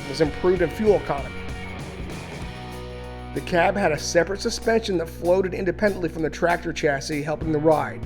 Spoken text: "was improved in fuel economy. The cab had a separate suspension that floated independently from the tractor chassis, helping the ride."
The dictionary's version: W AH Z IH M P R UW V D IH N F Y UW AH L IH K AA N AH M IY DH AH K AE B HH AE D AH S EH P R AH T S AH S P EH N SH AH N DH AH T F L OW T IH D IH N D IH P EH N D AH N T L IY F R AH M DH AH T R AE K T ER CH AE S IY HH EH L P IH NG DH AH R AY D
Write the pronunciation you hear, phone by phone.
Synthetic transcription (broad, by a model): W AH Z IH M P R UW V D IH N F Y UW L K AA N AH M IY DH AH K AE B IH D AH S EH P R AH T S AH S P EH N SH AH N DH AH T F L OW T IH D IH N D IH P EH N D AH N T L IY F R AH M DH AH T R AE K T ER CH AE S IY HH EH L P IH NG DH AH R AY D